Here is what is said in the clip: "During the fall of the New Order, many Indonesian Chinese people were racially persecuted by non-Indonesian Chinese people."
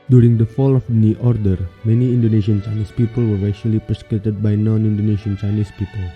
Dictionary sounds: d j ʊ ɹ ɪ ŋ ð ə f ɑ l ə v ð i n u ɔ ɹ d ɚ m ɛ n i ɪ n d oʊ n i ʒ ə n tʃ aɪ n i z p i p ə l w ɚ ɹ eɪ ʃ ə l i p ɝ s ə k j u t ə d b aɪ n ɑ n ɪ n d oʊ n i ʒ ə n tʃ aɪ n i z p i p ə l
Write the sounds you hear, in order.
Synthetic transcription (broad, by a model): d j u ɹ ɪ ŋ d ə f ɑ l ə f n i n ɔ ɹ d ɚ m ɛ n i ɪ n d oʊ n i ʃ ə n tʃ aɪ n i s p i p ə l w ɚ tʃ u ə l i p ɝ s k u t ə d b aɪ n ɑ n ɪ n d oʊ n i ʃ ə n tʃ aɪ n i s p i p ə l